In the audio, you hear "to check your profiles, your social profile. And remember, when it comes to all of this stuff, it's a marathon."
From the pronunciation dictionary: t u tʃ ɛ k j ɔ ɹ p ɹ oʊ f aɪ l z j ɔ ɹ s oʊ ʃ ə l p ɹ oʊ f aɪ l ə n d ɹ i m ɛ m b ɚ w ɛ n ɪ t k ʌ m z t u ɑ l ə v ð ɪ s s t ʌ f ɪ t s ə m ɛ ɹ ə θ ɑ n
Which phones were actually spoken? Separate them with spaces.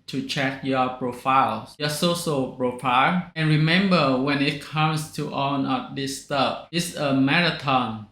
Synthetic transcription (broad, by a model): t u tʃ ɛ k j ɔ p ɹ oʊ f aɪ l s j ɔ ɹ s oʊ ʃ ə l p ɹ oʊ f aɪ l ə n ɹ i m ɛ m b ɚ w ɛ n ɪ t k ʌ m s t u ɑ n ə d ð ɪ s s t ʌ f ɪ t s ə m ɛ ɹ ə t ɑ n